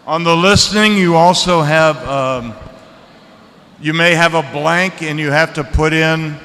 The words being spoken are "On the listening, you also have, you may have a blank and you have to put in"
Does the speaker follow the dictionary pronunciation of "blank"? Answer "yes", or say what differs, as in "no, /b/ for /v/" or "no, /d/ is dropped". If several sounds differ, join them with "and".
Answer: yes